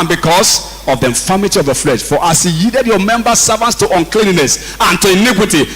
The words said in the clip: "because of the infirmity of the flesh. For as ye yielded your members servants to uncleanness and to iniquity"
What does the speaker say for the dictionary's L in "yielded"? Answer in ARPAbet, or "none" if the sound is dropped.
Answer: none